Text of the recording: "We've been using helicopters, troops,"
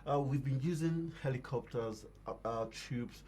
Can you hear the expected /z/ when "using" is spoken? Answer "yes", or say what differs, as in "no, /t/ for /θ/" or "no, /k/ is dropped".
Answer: yes